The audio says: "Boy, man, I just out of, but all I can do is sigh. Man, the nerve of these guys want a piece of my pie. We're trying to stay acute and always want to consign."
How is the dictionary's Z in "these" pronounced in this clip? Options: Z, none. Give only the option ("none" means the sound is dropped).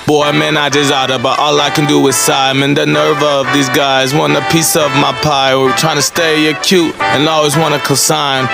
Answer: Z